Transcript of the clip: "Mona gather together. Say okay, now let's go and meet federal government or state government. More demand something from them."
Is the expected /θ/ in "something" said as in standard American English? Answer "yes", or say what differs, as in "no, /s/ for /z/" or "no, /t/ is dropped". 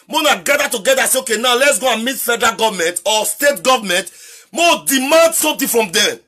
no, /t/ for /θ/